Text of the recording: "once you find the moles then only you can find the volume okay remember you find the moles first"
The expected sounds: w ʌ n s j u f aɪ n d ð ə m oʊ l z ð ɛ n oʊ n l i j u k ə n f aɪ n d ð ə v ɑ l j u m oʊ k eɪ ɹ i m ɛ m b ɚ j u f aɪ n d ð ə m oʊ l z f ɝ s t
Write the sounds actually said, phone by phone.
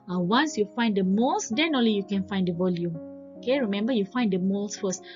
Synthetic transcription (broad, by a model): w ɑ n s j u f aɪ n d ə m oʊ l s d ɛ n oʊ n l i j u k ə n f aɪ n d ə v ɑ l j u m oʊ k eɪ ɹ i m ɛ m b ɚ j u f aɪ n d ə m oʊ l s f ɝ s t